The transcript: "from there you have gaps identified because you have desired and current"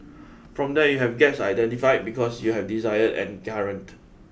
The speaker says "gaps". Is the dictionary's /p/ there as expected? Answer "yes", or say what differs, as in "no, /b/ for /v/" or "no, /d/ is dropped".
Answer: no, /p/ is dropped